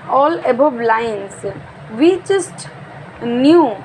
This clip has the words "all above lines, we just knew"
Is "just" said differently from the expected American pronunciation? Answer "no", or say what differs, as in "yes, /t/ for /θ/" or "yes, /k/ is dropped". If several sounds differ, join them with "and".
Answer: yes, /tʃ/ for /dʒ/